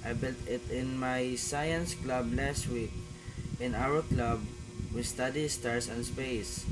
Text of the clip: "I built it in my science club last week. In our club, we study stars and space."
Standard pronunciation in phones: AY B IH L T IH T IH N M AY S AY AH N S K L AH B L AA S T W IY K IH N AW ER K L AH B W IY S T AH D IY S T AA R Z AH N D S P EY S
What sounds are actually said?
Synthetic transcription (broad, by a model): AY B IH L T IH T IH N M AY S AY AH N S K L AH B L AA S T W IY K IH N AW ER K L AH B W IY S T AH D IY S T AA R S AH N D S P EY S